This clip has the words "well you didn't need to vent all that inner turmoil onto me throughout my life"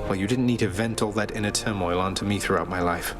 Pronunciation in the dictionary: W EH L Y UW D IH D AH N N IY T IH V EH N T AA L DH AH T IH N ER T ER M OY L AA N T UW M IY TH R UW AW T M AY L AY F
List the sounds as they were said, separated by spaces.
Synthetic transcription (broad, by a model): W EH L Y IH D IH D N N IY T IH V EH N T AA L DH AH T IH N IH T ER M OY L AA N T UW M IY TH R UW AW T M AY L AY F